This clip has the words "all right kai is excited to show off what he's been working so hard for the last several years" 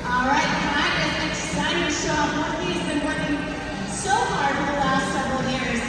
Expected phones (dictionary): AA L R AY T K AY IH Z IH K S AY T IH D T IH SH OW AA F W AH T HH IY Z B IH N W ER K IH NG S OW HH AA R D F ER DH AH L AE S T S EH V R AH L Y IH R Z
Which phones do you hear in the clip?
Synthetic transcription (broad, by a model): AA L R AY T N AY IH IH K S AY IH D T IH SH OW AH P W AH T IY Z B IH N W ER K IH NG S OW HH AA R D F ER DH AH L AE S T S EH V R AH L Y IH R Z